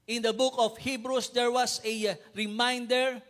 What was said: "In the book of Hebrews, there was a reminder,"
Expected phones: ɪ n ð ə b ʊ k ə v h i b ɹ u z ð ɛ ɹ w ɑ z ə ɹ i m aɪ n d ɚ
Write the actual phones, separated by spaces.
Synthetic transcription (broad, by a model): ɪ n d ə b ʊ k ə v h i b ɹ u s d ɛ ɹ w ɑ s ə ɹ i m aɪ n d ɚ